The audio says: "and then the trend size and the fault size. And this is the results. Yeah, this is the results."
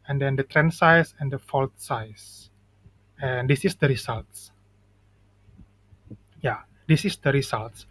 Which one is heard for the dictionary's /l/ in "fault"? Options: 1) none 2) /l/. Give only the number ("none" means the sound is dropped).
2